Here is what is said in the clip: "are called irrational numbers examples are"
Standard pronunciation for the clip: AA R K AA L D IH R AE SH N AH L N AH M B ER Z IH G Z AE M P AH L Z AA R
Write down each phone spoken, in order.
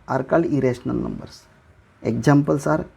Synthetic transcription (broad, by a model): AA R K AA L IH R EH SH N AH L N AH M B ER S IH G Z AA M P AH L S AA R